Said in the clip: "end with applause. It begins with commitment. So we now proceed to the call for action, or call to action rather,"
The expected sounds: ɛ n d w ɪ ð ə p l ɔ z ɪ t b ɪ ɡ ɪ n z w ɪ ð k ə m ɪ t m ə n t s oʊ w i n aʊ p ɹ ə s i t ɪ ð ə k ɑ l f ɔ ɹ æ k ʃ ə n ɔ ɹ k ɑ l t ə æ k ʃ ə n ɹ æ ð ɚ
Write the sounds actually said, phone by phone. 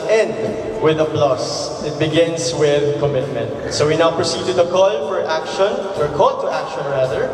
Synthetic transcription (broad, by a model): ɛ n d w ɪ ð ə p l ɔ s ɪ t b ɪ ɡ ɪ n s w ɪ ð k ə m ɪ t m ə n t s oʊ w i n aʊ p ɹ ə s i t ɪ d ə k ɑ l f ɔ ɹ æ k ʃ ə n ɔ ɹ k ɑ l t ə æ k ʃ ə n ɹ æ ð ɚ